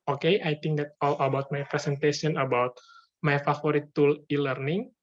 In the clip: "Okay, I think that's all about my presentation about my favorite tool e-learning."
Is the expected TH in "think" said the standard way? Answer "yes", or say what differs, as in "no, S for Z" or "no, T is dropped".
no, T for TH